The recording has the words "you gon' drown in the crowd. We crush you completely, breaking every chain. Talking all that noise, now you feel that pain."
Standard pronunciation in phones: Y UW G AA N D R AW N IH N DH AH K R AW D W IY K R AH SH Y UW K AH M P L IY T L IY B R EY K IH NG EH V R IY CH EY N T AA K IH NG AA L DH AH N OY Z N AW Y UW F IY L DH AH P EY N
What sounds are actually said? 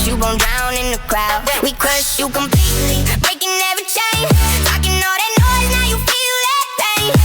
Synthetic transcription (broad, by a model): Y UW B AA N D R AW N IH N DH AH K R AW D W IY K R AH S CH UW K AH M P L IY T L IY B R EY K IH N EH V IY CH EY N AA K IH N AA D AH N OY Z N AW Y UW F IY L DH AH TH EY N